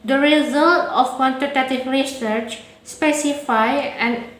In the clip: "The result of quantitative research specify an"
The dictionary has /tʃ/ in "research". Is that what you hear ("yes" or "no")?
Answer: yes